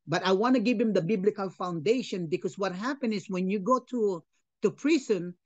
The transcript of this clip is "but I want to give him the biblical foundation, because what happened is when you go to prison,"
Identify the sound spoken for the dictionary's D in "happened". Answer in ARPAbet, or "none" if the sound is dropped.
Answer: none